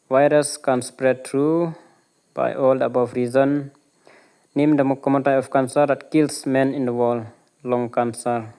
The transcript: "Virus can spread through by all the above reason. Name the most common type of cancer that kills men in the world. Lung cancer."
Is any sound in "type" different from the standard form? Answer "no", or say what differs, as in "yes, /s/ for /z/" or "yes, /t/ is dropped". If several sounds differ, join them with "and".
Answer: yes, /p/ is dropped